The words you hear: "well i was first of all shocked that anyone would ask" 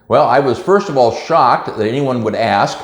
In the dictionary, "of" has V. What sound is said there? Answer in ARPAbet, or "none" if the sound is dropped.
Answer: V